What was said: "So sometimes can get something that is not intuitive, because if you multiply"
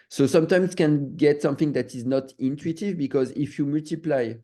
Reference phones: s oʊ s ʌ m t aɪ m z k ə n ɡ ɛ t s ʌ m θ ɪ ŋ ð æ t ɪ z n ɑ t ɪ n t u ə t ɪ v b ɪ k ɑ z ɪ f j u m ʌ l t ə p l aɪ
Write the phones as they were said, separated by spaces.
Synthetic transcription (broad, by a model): s oʊ s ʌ m t aɪ m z k ə n ɡ ɛ t s ʌ m θ ɪ ŋ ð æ t ɪ z n ɑ t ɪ n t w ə t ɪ v b ɪ k ɑ z ɪ f j u m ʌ l t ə p l aɪ